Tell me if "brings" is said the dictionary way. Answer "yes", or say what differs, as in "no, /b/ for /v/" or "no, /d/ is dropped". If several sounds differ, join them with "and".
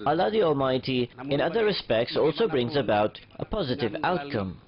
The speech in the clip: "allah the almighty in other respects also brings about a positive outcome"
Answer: yes